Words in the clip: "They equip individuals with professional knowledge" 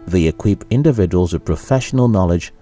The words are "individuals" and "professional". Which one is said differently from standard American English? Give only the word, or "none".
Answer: none